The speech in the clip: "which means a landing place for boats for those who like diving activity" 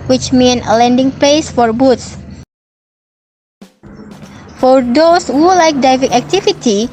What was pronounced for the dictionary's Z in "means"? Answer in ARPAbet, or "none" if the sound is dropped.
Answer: none